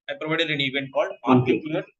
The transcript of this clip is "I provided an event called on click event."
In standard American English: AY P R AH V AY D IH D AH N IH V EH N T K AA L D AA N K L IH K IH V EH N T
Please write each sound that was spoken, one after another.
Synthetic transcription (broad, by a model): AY P R AH V AY D IH D AH N IH V EH N T K AA L D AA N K IH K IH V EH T